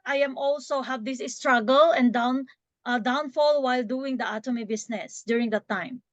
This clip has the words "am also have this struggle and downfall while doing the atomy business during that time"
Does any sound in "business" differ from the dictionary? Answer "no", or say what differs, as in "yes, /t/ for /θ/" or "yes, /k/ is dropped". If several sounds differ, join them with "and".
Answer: yes, /s/ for /z/